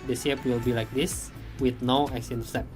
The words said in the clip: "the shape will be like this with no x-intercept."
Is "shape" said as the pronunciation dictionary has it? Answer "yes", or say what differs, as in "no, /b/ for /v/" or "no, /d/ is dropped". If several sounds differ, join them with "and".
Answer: no, /s/ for /ʃ/